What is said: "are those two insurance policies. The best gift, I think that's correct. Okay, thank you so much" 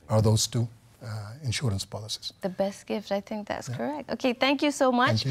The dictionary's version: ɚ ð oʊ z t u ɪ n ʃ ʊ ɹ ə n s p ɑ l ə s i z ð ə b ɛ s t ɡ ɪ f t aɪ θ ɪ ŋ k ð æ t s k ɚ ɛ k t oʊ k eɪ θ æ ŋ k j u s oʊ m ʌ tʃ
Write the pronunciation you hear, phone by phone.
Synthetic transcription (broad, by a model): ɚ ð oʊ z t u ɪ n ʃ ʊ ɹ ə n s p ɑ l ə s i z ð ə b ɛ s t ɡ ɪ f t aɪ θ ɪ ŋ k ð æ t s k ɚ ɛ k t oʊ k eɪ θ æ ŋ k j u s oʊ m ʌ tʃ